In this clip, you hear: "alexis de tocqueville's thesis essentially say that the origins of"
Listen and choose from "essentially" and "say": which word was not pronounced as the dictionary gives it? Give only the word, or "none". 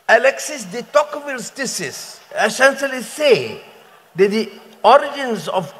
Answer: essentially